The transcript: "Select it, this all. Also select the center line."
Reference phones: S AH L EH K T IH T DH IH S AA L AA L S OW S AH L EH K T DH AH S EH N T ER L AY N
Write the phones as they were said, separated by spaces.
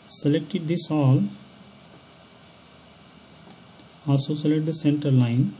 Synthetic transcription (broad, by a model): S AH L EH K T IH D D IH S AA L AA S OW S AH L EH T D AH S EH N T ER L AY N